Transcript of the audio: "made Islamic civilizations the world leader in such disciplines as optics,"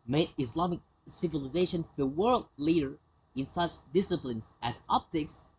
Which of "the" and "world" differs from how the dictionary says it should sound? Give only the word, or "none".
none